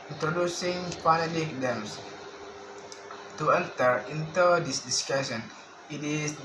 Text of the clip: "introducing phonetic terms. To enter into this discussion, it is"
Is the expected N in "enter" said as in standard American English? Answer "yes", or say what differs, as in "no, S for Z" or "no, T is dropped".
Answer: no, L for N